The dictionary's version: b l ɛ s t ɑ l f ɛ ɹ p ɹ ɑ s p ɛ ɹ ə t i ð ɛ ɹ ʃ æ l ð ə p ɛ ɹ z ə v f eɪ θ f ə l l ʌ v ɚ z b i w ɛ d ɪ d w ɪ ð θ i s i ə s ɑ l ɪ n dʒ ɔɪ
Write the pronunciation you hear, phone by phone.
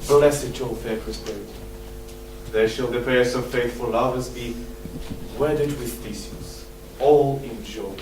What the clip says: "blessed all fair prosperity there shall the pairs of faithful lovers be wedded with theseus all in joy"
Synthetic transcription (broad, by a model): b l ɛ s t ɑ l f ɛ ɹ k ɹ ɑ s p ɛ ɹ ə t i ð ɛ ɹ ʃ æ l ð ə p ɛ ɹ s ə v f eɪ θ f ə l l ʌ v ɚ z b i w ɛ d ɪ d w ɪ ð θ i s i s ɑ l ɪ n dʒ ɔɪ